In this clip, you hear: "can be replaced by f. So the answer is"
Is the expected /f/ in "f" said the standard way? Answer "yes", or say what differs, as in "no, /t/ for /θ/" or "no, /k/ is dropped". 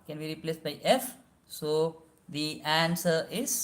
yes